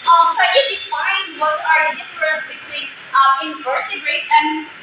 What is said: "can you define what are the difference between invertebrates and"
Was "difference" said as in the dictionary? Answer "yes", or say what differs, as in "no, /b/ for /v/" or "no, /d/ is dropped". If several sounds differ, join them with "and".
no, /n/ is dropped